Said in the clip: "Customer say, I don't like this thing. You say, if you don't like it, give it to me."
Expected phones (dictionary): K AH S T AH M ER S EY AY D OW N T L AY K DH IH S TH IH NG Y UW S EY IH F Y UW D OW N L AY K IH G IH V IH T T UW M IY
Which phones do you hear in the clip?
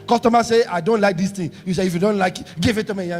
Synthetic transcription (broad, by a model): K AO S T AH M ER S EY AY D OW N T L AY K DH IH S T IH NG Y UW S EY IH F Y UW D OW N L AY K G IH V IH T T UW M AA